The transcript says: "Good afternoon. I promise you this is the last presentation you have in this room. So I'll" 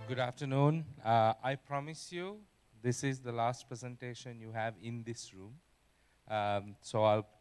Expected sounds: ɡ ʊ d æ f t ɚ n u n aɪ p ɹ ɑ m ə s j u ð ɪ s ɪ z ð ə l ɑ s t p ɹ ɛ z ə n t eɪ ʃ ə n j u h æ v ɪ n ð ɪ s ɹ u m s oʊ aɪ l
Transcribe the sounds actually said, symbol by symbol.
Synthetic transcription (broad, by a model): ɡ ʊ d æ f t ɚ n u n aɪ p ɹ ɑ m ə s j u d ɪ s ɪ z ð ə l ɑ s t p ɹ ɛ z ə n t eɪ ʃ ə n j u h æ v ɪ n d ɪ s ɹ u m s oʊ aɪ l